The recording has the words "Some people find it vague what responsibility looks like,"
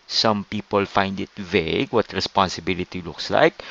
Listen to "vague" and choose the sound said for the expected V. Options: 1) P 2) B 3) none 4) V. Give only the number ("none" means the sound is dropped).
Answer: 4